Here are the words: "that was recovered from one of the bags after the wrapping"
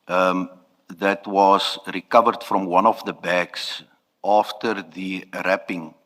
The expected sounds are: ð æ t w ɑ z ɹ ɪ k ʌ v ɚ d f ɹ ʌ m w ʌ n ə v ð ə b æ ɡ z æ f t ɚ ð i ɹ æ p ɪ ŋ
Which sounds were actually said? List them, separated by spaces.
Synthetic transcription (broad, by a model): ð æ t w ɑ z ɹ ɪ k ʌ v ɚ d f ɹ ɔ m w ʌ n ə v ð ə b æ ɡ s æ f t ɚ ð i ɹ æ p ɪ ŋ